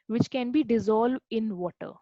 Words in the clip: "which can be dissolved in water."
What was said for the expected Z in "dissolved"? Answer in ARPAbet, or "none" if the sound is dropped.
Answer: Z